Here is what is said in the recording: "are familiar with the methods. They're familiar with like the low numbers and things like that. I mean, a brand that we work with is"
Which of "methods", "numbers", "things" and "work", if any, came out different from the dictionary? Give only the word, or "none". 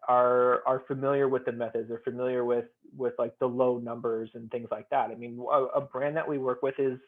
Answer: none